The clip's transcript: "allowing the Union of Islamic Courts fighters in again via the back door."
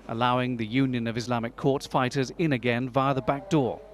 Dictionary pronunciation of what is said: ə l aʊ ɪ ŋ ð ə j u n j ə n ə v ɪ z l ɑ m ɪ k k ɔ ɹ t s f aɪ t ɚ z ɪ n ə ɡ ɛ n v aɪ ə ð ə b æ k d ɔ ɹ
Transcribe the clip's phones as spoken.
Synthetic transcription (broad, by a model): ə l aʊ ɪ ŋ ð ə j u n j ə n ə v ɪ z l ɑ m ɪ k k ɔ ɹ t s f aɪ t ɚ z ɪ n ə ɡ ɛ n v aɪ ə ð ə b æ k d ɔ ɹ